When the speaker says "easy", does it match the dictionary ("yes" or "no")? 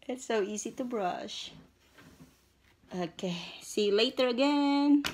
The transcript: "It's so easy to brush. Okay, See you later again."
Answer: yes